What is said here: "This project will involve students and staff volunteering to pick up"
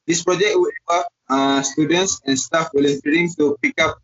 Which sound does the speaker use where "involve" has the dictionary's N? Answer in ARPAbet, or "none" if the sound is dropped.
none